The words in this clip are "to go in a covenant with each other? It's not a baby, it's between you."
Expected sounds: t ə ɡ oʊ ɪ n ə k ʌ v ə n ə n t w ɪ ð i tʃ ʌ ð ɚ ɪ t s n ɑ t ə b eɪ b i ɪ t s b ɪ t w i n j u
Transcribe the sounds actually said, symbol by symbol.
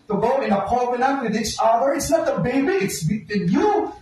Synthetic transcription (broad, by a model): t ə ɡ oʊ ɪ n ə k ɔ b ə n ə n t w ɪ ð i tʃ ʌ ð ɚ ɪ t s n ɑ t ə b eɪ b i ɪ t s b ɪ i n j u